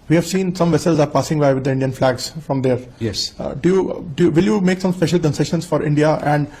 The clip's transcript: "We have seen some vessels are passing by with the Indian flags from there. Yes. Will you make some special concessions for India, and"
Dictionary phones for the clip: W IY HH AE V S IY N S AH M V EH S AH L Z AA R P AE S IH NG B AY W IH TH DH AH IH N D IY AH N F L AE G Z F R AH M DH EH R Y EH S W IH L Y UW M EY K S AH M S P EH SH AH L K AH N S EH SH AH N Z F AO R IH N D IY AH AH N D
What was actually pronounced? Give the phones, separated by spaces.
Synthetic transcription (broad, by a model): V IY HH AE V S IY N S AH M V EH S AH L Z AA R P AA S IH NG B AY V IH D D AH IH N D IY AH N F L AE G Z F R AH M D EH R Y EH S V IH L Y UW M EY K S AH M S P EH SH AH L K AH N S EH SH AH N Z F AO R IH N D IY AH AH N D